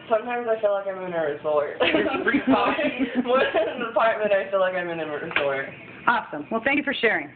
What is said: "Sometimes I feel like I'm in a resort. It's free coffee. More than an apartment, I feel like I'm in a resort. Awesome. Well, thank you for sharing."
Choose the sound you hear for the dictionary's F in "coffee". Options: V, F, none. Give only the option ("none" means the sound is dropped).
none